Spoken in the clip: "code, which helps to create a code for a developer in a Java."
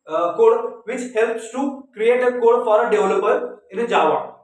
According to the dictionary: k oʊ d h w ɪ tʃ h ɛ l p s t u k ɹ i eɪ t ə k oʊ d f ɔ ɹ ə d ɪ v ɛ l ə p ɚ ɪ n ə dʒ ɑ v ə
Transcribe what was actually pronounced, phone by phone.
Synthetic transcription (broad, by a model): k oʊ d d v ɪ tʃ h ɛ l p s t u k ɹ i eɪ t ə k oʊ d f ɔ ɹ ə d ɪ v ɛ l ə p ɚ ɪ n ə dʒ ɑ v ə